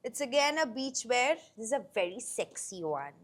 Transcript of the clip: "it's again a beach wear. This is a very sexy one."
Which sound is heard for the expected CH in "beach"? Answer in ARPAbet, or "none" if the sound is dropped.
CH